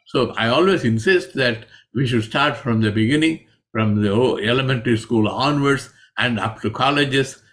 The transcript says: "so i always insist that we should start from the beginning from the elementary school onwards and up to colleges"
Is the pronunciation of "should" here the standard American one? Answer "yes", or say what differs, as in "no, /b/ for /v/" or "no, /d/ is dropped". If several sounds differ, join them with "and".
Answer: yes